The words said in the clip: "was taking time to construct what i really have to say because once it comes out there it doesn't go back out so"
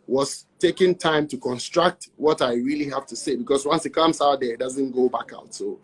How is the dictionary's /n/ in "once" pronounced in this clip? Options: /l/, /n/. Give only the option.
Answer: /n/